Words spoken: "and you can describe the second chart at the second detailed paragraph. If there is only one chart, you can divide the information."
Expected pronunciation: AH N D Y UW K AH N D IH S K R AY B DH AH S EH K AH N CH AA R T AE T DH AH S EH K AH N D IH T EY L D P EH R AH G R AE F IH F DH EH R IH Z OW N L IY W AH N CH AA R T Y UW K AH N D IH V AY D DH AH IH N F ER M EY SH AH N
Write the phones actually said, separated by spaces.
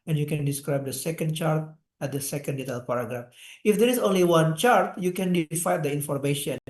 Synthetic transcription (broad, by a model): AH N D Y UW K AH N D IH S K R AY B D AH S EH K AH N CH AA R T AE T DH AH S EH K AH N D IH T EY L P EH R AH G R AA F IH F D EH R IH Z OW N L IY W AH N CH AA R T Y UW K AH N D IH F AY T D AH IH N F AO M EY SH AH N